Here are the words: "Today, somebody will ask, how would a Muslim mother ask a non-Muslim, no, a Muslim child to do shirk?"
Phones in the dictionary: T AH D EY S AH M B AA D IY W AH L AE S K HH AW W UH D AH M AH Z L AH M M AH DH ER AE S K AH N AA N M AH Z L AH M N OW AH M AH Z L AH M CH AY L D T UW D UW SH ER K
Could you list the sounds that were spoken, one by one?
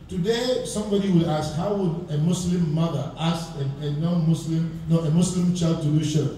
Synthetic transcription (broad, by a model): T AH D EY S AH M B AA D IY W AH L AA S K HH AW W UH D AH M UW S L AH M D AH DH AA S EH AH N AA N M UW S L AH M N OW AH M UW S L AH M CH AY L D T UW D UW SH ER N